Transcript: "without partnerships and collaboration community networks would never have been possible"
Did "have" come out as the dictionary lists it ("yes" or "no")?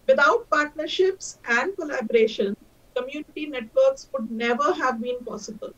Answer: yes